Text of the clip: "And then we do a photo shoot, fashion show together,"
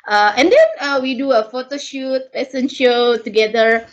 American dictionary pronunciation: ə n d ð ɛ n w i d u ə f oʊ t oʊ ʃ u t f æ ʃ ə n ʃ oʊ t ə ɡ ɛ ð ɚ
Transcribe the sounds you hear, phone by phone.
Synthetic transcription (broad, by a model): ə n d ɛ n w i d u ə f oʊ t oʊ ʃ u t p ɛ s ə n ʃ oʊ t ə ɡ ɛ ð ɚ